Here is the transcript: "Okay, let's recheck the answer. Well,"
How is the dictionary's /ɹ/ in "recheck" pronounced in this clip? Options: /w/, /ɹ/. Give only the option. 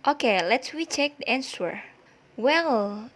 /w/